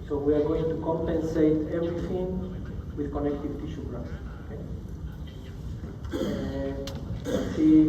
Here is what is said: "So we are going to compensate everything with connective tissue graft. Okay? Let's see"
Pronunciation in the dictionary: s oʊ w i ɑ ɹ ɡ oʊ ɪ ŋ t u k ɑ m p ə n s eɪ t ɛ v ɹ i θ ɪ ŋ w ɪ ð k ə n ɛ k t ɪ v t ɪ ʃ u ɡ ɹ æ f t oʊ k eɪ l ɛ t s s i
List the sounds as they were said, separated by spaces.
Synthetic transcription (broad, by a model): s oʊ w i ɑ ɹ ɡ oʊ ɪ ŋ t u k ɑ m p ə n s eɪ t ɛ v ɹ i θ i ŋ w ɪ ð k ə n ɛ k t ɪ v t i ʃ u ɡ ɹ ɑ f oʊ k eɪ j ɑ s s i